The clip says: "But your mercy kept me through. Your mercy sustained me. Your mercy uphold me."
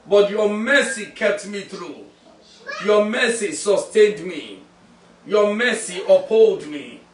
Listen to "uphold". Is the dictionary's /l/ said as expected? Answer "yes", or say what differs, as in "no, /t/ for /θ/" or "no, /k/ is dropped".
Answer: yes